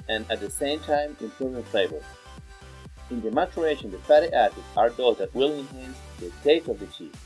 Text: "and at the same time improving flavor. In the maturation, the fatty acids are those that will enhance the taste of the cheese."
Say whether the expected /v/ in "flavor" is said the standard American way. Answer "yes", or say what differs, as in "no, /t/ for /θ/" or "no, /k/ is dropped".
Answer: no, /b/ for /v/